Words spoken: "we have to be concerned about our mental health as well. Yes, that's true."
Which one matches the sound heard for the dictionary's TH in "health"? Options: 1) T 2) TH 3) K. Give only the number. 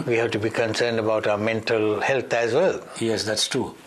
1